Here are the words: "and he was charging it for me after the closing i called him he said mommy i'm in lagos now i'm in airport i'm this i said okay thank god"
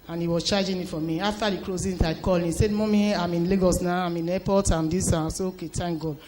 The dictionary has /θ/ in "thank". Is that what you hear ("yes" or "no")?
no